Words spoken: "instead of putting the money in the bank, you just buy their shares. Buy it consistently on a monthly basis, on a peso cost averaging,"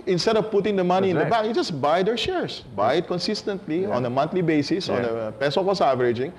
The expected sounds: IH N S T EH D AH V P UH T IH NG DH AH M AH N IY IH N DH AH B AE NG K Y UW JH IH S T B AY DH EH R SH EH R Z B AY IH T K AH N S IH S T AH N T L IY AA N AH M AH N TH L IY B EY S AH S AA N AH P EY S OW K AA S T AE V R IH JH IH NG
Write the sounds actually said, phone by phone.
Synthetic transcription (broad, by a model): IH N S T EH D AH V P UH T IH NG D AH M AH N IY IH N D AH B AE K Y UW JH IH S B AY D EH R SH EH R S B AY IH T K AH N S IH S T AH N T L IY AA N AH M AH N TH L IY B EY S AH S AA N AH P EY S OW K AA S AE V R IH JH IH NG